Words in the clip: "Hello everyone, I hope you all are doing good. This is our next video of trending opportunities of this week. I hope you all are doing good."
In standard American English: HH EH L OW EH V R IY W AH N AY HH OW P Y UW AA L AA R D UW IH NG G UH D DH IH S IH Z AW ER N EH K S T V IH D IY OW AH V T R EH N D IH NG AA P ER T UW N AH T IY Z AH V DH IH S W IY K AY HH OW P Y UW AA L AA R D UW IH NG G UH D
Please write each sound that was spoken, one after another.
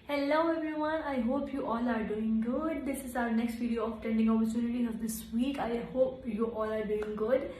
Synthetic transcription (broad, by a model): HH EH L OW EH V R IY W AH N AY HH OW P Y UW AA L AA R D UW IH NG G UH D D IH S IH Z AW ER N EH K S T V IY D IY OW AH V T EH N D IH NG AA P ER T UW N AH T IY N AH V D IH S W IY K AY HH OW P Y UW AA L AA R D UW IH NG G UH D